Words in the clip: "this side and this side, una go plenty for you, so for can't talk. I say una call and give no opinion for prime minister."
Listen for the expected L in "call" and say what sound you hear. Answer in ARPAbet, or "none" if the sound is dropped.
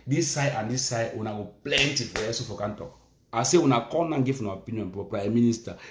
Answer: N